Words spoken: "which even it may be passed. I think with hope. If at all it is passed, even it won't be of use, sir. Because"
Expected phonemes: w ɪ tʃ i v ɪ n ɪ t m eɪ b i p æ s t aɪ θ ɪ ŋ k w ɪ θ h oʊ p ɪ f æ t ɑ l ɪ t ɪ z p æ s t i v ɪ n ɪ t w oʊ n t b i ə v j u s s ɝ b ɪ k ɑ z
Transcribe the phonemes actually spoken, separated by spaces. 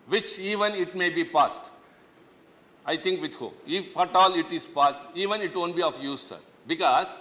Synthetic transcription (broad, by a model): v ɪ tʃ i v ɪ n ɪ t m eɪ b i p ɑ s t aɪ t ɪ ŋ k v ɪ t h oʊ ɪ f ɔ t ɑ l ɪ t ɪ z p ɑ s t i v ɪ n ɪ t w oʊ n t b i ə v j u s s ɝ b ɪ k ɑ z